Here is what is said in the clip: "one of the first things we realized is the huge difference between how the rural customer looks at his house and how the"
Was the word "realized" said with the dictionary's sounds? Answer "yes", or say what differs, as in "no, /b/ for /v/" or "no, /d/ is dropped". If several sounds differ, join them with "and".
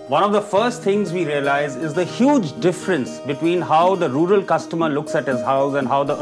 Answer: no, /d/ is dropped